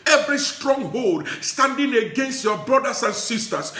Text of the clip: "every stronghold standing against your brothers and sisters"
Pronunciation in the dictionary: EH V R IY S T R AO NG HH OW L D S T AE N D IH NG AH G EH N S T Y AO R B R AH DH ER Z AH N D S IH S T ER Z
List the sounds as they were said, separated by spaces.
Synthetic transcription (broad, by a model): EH V R IY S T R AO NG HH OW L D S T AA N D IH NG AH G EH N S T Y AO B R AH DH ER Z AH N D S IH S T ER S